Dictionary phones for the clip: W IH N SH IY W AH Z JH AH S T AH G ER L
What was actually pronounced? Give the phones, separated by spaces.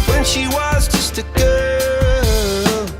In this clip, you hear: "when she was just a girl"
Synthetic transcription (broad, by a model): W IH N SH IY W AH Z JH AH S T AH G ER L